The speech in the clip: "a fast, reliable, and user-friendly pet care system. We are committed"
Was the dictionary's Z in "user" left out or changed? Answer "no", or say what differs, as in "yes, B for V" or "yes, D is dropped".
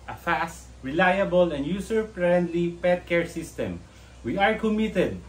yes, S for Z